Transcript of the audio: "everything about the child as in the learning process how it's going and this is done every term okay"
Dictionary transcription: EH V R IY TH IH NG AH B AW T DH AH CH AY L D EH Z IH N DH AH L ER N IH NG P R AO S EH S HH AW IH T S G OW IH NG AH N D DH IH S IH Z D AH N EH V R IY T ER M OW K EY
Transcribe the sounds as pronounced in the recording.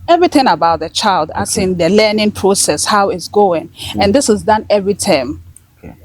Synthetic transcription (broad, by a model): EH V R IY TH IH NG AH B AW T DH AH CH AY L D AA S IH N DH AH L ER N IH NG P R AO S EH S HH AW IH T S G OW IH NG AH N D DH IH S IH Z D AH N EH V R IY T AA IH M